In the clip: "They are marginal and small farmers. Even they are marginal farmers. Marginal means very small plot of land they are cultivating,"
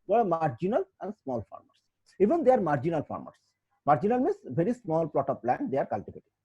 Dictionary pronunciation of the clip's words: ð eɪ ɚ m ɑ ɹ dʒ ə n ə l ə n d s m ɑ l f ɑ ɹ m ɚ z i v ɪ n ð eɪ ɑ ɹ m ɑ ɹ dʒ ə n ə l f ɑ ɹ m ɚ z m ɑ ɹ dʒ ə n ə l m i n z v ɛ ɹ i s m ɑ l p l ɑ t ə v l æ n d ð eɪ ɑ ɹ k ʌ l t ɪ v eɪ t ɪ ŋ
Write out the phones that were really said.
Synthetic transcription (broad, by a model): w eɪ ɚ m ɑ ɹ dʒ ə n ə l ə n d s m ɑ l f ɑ ɹ m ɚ s i v ɪ n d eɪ ɑ ɹ m ɑ ɹ dʒ ə n ə l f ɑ ɹ m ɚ s m ɑ ɹ dʒ ə n ə l m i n s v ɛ ɹ i s m ɑ l p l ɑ t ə p l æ n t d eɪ ɑ ɹ k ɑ l t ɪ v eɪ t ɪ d